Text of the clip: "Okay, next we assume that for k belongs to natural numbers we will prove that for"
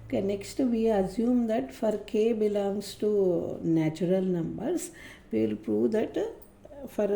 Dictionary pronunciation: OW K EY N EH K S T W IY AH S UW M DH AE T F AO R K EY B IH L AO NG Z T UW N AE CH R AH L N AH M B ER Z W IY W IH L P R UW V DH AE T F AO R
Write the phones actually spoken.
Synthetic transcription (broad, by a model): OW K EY N EH K S T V IY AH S UW M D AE T F AO R K EY B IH L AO NG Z T UW N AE CH R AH L N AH M B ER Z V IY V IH L P R UW V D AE T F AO R